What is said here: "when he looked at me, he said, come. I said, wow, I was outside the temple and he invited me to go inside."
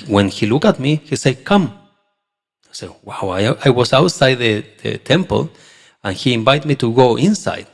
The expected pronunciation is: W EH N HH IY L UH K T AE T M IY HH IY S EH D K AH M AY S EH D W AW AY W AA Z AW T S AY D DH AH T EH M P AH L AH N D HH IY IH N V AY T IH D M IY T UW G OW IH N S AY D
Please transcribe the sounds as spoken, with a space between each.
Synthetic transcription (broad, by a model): W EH N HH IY L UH K AA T M IY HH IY S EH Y K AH M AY S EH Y W AW AY W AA S AW T S AY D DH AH T EH M P AH L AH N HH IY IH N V AY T M IY T UW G OW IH N S AY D